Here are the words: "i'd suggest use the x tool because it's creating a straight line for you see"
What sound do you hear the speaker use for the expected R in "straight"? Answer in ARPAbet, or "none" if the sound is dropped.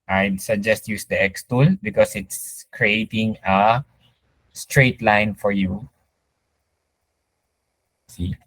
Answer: R